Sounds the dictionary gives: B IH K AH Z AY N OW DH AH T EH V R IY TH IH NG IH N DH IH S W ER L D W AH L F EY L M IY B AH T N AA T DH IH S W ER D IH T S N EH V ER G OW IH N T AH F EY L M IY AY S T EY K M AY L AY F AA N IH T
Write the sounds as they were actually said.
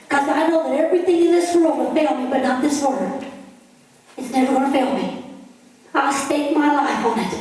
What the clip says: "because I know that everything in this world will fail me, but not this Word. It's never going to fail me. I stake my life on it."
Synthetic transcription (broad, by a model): K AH Z AY N OW DH AH T EH V R IY TH IH NG IH N DH IH S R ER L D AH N F EY L M IY B AH T N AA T DH IH S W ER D IH T S N EH V ER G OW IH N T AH F EY L M IY AY S T EY K M AY L AY F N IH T